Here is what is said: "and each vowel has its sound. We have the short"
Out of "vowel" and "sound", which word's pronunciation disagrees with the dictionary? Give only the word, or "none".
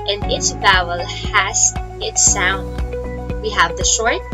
vowel